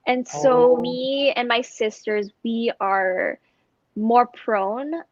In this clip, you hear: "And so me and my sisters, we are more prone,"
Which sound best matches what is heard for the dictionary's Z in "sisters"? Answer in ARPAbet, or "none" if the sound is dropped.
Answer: Z